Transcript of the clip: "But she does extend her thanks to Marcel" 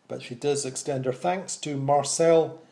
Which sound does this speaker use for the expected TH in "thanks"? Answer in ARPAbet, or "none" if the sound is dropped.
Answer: TH